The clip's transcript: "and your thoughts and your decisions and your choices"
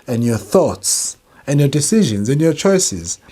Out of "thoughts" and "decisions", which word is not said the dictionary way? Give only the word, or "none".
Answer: none